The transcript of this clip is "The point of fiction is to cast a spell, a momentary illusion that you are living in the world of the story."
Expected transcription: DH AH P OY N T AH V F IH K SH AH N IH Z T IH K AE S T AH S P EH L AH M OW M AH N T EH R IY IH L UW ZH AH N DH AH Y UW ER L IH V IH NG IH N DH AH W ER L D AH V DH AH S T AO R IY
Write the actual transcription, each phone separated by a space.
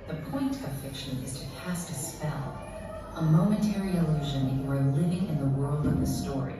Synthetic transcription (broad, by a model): DH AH P OY N T AH V F IH K SH AH N IH Z T IH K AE S T AH S P EH L AH M OW M AH N T EH R IY IH L UW ZH AH N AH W ER L IH V IH NG IH N DH AH W ER L D AH V DH AH S T AO R IY